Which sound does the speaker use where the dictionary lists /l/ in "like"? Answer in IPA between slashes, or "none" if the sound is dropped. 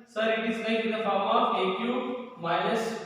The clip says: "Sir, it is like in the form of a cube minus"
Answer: /n/